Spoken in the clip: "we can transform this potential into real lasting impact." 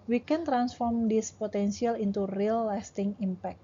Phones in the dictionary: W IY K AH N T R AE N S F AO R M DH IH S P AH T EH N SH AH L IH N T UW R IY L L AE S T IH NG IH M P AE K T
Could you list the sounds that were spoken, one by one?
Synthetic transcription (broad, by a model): W IY K AH N T R AE N S F AO R M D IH S P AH T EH N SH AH L IH N T UW R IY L L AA S T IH NG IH M P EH K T